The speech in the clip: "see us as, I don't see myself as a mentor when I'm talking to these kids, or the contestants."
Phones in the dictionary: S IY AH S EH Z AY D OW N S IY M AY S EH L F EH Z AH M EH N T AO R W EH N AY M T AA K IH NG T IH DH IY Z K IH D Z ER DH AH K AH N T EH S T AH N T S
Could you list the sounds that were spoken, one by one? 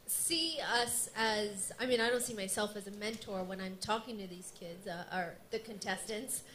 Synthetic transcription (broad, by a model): S IY AH S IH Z AY D OW N S IY M AY S EH L F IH Z AH M EH N T AO R W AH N AY M T AA K IH NG T IH DH IY Z K IH D Z ER DH AH K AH N T EH S T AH N T S